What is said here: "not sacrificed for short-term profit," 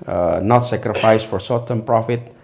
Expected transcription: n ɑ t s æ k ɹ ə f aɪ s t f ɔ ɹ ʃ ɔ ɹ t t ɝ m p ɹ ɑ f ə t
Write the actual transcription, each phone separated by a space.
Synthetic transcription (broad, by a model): n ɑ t s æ k ɹ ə f aɪ s f ɔ ɹ s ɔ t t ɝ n p ɹ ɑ f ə t